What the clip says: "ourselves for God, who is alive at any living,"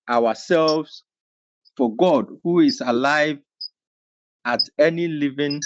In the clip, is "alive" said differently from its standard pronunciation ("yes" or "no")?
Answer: no